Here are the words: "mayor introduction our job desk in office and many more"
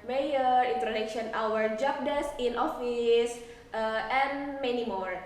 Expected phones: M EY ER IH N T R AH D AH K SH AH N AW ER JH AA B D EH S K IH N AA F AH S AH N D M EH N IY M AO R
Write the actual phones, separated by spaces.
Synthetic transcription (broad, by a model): M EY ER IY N T R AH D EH K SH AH N AW ER JH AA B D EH S IH N AA F AH S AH N M EH N IY M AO R